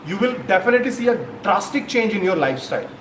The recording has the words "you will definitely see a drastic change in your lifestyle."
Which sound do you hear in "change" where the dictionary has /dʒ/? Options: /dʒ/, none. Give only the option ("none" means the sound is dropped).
/dʒ/